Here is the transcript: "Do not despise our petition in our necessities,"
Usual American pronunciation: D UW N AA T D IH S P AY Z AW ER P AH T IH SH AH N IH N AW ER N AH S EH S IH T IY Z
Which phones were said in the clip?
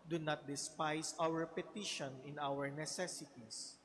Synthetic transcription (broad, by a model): D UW N AA T D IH S P AY S AW ER P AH T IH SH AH N IH N AW ER N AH S EH S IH T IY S